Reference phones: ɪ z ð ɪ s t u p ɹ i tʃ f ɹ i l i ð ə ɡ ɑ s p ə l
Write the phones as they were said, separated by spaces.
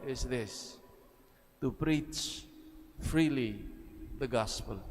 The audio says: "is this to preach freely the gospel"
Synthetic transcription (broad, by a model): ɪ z ð ɪ s t u p ɹ i tʃ f ɹ i l i ð ə ɡ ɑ s p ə l